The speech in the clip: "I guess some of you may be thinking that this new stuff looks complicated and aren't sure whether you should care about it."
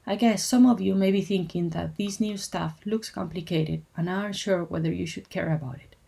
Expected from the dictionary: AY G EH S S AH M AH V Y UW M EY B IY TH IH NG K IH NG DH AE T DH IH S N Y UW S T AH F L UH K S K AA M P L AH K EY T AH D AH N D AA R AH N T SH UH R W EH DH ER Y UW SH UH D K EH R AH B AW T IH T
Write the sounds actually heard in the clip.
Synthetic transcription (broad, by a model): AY G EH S S AH M AH V Y UW M EY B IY TH IH NG K IH NG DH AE T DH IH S N Y UW S T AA F L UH K S K AA M P L AH K EY T AH D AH N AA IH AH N SH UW R W EH DH ER Y UW SH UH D K EH R AH B AW T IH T